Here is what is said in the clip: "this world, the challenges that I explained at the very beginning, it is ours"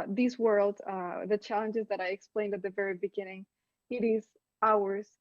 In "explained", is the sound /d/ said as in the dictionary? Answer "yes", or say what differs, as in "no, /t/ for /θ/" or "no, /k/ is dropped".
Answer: yes